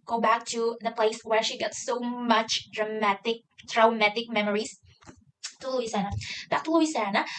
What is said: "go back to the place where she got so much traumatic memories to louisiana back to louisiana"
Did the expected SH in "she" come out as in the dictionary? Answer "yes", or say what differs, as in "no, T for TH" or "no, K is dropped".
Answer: yes